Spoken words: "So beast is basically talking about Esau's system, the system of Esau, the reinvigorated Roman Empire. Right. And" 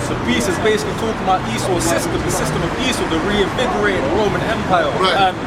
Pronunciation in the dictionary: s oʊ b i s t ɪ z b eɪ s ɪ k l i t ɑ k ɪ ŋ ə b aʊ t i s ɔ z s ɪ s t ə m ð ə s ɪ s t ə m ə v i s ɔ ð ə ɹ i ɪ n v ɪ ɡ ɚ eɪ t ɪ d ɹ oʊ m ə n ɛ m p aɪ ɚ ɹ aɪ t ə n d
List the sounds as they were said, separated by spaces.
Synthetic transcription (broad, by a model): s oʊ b i s ɪ z b eɪ s ɪ k l i t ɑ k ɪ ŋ ə b aʊ t i s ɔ s ɪ s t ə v ð ə s ɪ s t ə m ə v i s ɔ ð ə ɹ i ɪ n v ɪ ɡ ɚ eɪ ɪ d ɹ oʊ m ə n ɛ m p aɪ aɪ ə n